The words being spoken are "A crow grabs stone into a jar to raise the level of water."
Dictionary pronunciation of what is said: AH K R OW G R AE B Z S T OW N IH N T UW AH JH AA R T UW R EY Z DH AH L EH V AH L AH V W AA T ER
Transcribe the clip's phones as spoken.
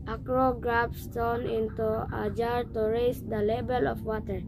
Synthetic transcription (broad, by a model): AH K R OW G R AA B S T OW N IH N T UW AH JH AA R T UW R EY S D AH L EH B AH L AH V W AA T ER